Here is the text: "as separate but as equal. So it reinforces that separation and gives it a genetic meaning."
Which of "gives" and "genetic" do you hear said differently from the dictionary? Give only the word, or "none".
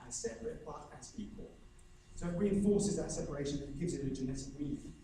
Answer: none